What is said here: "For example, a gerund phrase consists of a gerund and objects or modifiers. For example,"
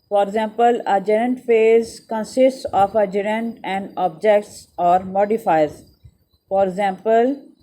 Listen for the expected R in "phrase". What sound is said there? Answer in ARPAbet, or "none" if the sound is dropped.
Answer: none